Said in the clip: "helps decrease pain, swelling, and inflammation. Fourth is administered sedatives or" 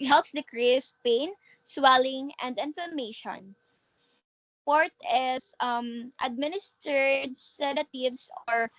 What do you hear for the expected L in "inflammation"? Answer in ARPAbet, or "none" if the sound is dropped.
none